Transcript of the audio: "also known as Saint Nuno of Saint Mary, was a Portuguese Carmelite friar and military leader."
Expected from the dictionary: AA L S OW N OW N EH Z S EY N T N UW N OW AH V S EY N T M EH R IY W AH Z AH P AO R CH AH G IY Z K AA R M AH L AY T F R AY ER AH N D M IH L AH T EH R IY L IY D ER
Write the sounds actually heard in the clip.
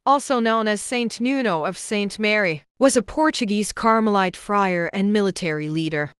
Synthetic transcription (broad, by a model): AA L S OW N OW N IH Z S EY N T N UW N OW AH V S EY N T M EH R IY W AH Z AH P AO R CH AH G IY Z K AA R M AH L AY T F R AY ER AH N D M IH L AH T EH R IY L IY D ER